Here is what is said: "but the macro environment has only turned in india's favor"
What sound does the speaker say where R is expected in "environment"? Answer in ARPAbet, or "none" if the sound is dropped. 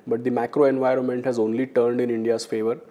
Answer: R